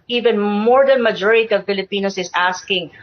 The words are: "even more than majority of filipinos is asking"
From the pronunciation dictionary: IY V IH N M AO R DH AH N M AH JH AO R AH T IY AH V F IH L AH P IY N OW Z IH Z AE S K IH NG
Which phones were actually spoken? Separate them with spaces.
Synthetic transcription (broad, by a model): IY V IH N M AO R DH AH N M AH JH AO R AH T IY AH V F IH L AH P IY N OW S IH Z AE S K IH NG